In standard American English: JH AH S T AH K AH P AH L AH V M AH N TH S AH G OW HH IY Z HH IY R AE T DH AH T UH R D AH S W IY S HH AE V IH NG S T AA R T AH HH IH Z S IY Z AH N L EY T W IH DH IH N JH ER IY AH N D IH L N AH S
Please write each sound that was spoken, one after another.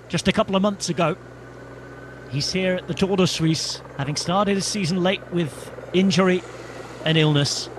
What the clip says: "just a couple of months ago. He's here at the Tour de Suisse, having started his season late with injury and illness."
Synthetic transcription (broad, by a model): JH AH S T AH K AH P L AH V M AH N TH S AH G OW HH IY Z HH IY R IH T DH AH T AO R D AH S W IY S HH AE V IH NG S T AA R T AH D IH S IY Z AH N L EY T W IH DH IH N JH ER IY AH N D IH L N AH S